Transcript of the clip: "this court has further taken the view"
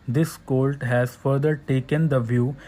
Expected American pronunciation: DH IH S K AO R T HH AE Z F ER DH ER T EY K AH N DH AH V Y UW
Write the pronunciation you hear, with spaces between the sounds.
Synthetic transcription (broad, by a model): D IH S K AO L T HH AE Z F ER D ER T EY K AH N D AH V Y UW